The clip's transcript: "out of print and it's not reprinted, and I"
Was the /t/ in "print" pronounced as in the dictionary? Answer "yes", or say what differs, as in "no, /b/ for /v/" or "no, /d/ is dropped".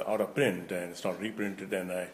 yes